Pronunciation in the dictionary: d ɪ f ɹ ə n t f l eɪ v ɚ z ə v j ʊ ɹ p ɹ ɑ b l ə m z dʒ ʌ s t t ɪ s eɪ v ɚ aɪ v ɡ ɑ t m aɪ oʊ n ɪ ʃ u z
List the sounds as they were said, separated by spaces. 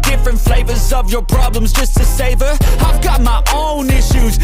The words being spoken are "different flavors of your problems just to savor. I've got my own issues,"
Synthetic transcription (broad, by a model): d ɪ f ɹ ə n t f l eɪ v ɚ z ə v j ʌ ɹ p ɹ ɑ b l ə m z dʒ ʌ s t t ɪ s eɪ v ɚ aɪ v ɡ ɑ t m aɪ oʊ n ɪ ʃ u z